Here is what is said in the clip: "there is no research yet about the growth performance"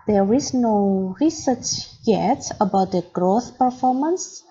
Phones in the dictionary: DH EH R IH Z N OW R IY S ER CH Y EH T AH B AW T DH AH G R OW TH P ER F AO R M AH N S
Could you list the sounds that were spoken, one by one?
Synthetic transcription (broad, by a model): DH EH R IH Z N OW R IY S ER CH Y EH T AH B AW T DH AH G R OW TH P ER F AO R M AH N S